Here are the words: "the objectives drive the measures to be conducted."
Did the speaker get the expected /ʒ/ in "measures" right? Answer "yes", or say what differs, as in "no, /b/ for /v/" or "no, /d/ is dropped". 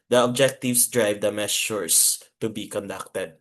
no, /s/ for /ʒ/